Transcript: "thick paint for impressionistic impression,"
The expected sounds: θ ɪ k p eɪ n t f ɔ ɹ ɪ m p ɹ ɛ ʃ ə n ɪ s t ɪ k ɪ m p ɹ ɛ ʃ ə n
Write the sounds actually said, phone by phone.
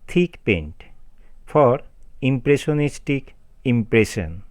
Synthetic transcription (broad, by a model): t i k p eɪ n t f ɔ ɹ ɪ m p ɹ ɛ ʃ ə n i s t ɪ k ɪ m p ɹ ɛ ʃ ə n